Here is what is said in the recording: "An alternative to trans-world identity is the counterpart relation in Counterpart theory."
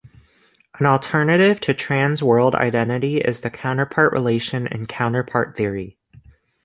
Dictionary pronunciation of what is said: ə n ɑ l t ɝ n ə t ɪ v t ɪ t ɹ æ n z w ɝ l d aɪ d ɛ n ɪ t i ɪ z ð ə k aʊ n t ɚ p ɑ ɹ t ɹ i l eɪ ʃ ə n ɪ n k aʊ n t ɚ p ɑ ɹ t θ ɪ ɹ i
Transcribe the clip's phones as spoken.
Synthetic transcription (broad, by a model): ə n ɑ l t ɝ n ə t ɪ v t ɪ t ɹ æ n z w ɝ l d aɪ d ɛ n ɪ t i ɪ z ð ə k aʊ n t ɚ p ɑ ɹ t ɹ i l eɪ ʃ ə n ɪ n k aʊ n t ɚ p ɑ ɹ t θ ɪ ɹ i